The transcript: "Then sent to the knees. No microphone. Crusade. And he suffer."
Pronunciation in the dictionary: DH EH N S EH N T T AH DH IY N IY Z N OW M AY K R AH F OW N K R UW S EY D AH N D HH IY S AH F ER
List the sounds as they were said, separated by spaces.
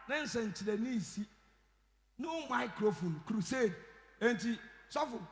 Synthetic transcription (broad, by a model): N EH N S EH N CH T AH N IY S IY N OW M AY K R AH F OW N K R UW S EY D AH N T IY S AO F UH